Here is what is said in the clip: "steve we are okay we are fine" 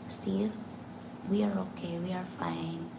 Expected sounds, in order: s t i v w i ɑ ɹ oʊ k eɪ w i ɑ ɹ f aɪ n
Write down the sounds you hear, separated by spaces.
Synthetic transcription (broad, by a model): s t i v w i ɑ ɹ oʊ k eɪ w i ɑ ɹ f aɪ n